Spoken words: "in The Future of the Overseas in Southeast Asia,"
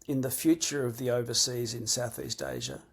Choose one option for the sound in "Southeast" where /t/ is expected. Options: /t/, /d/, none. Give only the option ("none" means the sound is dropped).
/t/